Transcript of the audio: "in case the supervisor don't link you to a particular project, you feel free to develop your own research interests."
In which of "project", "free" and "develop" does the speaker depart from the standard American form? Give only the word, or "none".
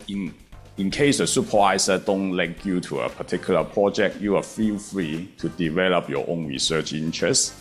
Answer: none